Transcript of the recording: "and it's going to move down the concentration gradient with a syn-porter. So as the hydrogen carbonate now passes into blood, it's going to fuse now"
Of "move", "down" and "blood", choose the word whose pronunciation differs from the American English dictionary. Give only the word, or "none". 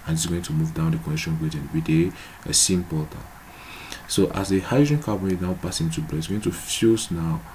blood